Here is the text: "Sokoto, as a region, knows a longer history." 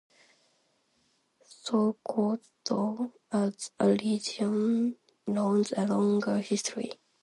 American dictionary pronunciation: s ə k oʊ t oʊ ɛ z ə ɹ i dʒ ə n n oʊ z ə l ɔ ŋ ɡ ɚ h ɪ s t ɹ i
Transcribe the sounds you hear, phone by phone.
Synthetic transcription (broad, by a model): s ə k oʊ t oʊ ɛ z ə l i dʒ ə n n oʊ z ə l ɔ ŋ ɡ ɚ h ɪ s t ɹ i